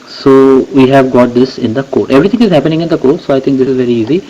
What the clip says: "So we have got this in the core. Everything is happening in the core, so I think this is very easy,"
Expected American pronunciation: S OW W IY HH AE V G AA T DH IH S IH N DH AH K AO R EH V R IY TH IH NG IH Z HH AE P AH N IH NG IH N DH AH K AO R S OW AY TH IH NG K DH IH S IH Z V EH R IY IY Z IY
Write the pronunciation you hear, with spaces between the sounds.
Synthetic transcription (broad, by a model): S OW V IY HH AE V G AA T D IH S IH N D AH K AO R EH V R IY T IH NG IH Z HH AE P AH N IH NG IH N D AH K AO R S OW AY T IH NG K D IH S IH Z V EH R IY IY Z IY